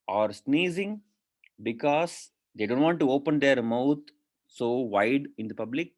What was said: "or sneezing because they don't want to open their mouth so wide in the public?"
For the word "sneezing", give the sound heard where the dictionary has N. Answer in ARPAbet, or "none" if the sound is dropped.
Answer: N